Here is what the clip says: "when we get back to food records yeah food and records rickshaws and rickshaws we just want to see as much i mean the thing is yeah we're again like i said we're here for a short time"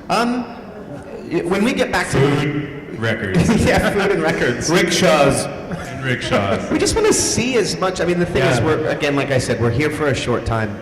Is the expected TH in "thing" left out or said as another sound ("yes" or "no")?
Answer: no